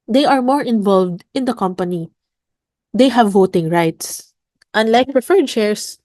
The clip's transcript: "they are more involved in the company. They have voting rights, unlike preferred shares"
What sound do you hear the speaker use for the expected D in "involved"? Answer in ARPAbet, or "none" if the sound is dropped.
D